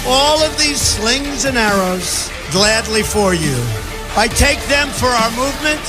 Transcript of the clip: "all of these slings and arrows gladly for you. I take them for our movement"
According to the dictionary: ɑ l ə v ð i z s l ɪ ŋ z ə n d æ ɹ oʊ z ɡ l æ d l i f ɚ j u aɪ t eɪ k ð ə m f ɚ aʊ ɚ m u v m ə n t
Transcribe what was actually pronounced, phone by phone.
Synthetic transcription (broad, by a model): ɑ l ə v ð i z s l ɪ ŋ z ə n æ ɹ oʊ z ɡ l æ d l i f ɚ j u aɪ t eɪ k ð ə m f ɚ aʊ ɚ m u v m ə n t